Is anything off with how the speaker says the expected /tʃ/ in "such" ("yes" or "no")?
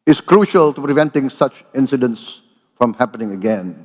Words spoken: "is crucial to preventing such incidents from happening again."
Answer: no